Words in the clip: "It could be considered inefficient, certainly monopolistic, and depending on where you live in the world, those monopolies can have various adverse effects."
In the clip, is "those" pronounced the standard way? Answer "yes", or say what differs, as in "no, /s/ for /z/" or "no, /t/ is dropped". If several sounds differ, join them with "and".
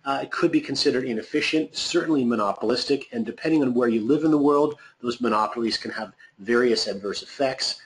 yes